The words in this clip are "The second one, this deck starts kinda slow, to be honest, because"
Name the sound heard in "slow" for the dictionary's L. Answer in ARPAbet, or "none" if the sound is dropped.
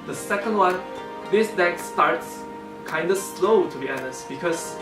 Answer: L